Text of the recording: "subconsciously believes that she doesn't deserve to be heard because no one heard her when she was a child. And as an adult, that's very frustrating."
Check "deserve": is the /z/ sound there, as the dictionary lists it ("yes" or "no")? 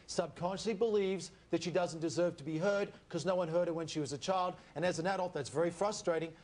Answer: yes